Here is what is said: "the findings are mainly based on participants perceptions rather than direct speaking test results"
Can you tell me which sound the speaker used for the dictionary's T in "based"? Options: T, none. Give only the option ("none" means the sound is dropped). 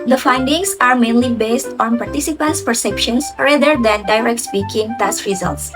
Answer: T